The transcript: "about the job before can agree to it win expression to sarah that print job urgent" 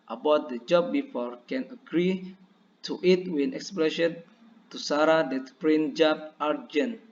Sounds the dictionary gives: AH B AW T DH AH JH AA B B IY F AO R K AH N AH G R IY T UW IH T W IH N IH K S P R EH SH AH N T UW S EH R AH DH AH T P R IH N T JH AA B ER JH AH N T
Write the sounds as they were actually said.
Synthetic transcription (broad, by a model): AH B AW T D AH JH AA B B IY F AO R K AH N AH G R IY T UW IH T W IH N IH K S P L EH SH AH N T UW S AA R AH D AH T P R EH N JH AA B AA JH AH N